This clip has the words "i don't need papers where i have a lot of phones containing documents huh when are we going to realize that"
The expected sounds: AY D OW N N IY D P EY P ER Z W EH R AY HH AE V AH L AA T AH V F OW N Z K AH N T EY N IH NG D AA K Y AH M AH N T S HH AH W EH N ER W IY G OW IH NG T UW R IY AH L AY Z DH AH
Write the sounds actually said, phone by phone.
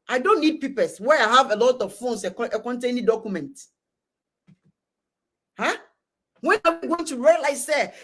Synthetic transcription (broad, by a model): AY D OW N N IY D P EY P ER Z W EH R AY HH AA V AH L AA T AH V F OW N S K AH N T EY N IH D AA K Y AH M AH N T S HH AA W EH N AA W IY G OW IH NG T UW R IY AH L AY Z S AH